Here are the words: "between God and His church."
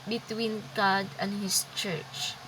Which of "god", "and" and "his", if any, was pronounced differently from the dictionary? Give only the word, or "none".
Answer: his